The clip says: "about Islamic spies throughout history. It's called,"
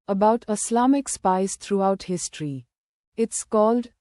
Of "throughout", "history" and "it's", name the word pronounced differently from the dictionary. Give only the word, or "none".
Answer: throughout